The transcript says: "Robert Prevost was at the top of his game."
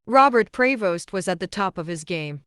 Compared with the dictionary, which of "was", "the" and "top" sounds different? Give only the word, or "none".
none